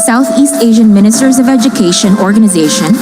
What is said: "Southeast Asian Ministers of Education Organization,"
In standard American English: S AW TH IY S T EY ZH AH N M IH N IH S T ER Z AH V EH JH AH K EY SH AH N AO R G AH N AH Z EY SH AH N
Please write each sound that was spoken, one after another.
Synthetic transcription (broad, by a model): S AW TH IY S T EY ZH AH N M IH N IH S T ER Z AH V EH JH AH K EY SH AH N AO R G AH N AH Z EY SH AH N